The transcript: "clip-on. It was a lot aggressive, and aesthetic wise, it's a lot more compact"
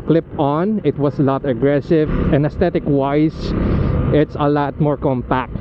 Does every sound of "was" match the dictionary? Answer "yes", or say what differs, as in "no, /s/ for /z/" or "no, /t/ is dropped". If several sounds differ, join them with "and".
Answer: no, /s/ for /z/